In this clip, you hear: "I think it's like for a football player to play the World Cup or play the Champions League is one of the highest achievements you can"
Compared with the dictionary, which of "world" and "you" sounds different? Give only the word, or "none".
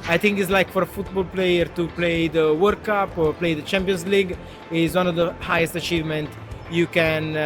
world